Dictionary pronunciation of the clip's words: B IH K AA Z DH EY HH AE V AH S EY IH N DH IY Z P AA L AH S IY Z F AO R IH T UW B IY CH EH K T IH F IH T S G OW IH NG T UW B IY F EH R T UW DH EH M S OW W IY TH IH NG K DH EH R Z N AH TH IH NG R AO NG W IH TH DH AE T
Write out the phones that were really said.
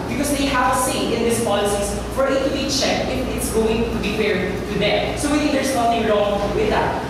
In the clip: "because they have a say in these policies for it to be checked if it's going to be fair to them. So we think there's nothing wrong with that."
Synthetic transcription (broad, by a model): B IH K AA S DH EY HH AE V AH S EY IH N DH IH S P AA L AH S IY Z F AO R IH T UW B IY CH EH K T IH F IH T S G OW IH NG T UW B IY P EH R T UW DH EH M S OW W IY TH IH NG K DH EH R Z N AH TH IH NG R AO NG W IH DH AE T